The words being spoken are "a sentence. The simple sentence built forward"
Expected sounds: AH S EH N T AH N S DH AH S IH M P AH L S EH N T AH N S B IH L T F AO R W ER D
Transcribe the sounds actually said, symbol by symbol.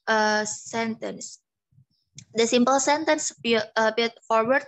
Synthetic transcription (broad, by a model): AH S EH N T AH N S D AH S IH M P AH L S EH N T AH N S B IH T F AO R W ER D